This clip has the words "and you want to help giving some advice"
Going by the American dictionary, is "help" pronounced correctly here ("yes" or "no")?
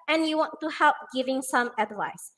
yes